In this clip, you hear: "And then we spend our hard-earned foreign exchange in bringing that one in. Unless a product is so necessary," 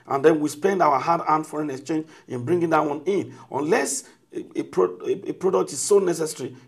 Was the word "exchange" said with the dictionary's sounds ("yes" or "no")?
yes